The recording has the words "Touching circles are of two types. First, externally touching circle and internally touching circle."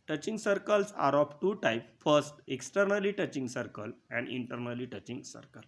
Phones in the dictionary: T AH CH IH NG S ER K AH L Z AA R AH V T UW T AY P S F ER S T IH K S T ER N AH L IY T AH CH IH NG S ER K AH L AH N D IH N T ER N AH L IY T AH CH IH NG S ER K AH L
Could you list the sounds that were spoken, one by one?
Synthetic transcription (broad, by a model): T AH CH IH NG S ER K AH L S AA R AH F T UW T AY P F ER S T IH K S T ER N AH L IY T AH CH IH NG S ER K AH L AH N D IH N T ER N AH L IY T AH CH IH NG S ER K AH L